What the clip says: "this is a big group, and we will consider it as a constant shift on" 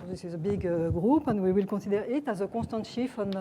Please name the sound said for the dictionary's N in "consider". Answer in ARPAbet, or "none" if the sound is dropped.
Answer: none